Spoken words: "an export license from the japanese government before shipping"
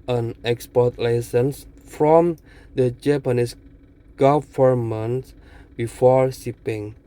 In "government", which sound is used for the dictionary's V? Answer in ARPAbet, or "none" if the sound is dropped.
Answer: F